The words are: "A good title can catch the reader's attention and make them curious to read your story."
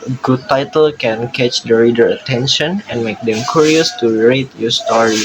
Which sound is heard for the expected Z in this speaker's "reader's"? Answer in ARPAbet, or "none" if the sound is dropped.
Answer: none